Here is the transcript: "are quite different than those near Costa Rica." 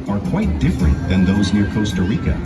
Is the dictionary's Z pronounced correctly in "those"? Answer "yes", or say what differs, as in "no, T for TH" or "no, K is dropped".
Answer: yes